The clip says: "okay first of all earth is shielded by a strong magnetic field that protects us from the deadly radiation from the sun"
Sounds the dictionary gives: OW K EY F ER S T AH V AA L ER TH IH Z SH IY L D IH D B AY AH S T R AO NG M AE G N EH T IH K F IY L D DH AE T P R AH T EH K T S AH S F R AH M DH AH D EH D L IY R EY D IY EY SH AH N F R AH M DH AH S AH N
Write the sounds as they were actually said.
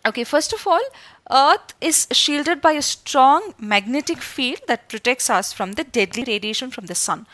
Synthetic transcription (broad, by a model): OW K EY F ER S T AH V AA L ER T IH Z SH IY L D IH D B AY AH S T R AO NG M AE G N EH T IH K F IY L D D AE T P R AH T EH K T S AH S F R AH M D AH D EH D L IY R EY D IY EY SH AH N F R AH M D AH S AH N